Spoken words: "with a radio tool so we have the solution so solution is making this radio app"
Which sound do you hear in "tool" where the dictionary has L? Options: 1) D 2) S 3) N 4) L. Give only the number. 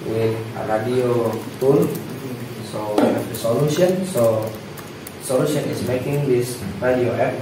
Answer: 3